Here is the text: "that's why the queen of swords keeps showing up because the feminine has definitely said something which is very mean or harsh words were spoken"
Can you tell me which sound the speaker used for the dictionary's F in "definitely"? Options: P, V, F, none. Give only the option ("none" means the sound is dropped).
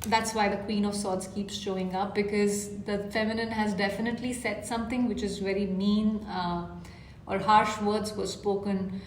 F